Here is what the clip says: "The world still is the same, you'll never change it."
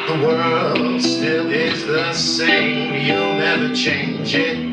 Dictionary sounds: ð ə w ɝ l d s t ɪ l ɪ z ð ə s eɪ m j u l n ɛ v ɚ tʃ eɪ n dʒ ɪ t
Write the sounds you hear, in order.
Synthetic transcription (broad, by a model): ð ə w ɝ l d s t ɪ l ɪ z ð ə s eɪ m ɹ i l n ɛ ɚ tʃ eɪ n dʒ ɪ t